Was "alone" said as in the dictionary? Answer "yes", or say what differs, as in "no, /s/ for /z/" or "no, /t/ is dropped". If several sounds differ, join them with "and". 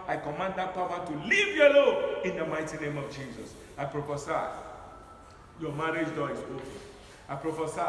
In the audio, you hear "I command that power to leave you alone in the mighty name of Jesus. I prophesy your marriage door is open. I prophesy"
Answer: no, /n/ is dropped